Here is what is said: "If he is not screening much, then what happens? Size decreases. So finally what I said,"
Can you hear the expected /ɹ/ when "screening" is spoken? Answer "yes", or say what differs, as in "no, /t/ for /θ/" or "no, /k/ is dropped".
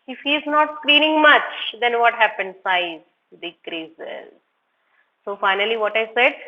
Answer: no, /l/ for /ɹ/